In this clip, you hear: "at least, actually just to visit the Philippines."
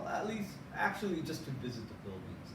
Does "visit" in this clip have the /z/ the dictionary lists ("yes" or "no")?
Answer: yes